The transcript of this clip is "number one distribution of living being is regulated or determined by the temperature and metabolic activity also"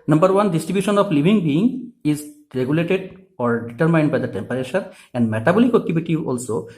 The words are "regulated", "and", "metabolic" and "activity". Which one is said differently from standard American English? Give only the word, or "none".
activity